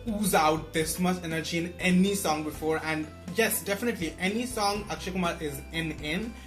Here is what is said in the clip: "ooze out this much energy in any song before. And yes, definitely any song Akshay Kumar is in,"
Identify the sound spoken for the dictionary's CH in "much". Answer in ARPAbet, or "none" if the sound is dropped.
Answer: S